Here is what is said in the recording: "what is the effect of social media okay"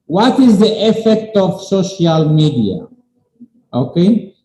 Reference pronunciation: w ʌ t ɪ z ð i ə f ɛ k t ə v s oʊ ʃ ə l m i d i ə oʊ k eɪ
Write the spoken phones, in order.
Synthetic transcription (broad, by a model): w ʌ t ɪ z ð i ə f ɛ k t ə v s oʊ ʃ ə l m i d i ə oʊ k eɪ